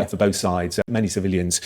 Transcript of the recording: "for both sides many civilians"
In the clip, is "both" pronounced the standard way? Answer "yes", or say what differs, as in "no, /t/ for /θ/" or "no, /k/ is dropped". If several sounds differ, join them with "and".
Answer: yes